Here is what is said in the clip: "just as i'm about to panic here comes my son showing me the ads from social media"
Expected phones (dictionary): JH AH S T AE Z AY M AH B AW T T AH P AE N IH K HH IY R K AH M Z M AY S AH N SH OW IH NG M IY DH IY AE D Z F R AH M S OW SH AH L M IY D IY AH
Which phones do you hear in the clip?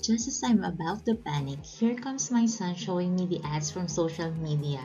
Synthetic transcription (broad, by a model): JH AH S T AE S AY M AH B AW T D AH P AE N IH K HH IY R K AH M S M AY S AH N SH OW IH NG M IY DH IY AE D S F R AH M S OW SH AH L M IY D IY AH